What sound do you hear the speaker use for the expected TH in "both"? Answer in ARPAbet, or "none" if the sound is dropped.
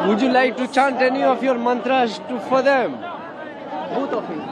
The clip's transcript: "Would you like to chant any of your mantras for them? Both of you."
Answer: T